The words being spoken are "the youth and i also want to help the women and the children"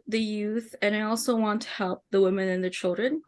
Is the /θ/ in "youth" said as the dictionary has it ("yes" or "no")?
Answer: yes